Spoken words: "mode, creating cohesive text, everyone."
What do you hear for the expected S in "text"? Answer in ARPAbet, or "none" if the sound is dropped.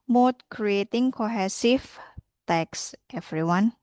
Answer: S